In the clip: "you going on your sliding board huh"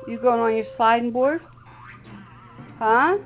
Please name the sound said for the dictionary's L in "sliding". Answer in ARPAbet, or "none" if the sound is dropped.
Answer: none